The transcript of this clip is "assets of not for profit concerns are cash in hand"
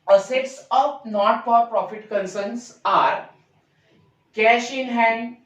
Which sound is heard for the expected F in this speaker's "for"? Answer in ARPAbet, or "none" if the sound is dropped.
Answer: P